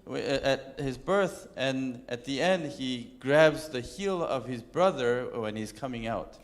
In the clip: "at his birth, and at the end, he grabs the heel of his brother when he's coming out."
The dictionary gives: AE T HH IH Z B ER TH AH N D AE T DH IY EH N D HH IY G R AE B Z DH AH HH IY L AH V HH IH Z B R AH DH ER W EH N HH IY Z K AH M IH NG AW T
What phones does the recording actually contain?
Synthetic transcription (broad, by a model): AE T HH IH Z B ER TH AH N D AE T DH IY EH N D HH IY G R AE B Z DH AH HH IY L AH V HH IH Z B R AH DH ER W EH N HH IY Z K AH M IH NG AW T